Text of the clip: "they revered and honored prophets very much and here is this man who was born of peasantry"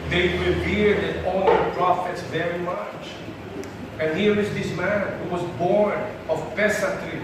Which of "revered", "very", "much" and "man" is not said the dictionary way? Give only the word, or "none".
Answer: revered